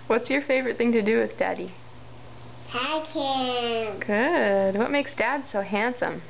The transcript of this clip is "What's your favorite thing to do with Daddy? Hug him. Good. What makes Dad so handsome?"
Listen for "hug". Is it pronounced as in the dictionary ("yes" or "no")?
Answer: no